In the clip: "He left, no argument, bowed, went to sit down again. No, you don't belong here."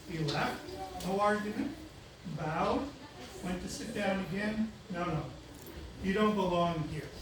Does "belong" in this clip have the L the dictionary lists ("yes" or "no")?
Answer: yes